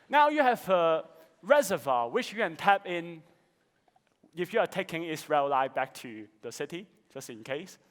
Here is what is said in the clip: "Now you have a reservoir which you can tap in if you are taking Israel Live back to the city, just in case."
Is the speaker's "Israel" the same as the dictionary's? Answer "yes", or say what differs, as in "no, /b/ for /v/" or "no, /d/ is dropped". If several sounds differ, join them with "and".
no, /s/ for /z/